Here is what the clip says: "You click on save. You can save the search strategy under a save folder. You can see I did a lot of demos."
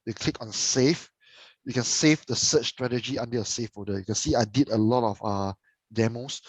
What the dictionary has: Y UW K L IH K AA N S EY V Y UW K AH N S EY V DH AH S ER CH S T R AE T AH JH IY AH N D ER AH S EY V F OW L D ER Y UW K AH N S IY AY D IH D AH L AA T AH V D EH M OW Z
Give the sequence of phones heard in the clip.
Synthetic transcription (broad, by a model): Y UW K L IH K AA N S EY F Y UW K AH N S EY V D AH S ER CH S T R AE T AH JH IY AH N D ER AH S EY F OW D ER Y UW K AH N S IY AY D IH D AH L AA T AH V D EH M OW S